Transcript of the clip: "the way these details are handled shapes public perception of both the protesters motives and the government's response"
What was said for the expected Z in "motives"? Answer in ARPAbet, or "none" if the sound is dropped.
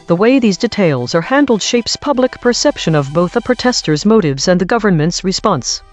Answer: Z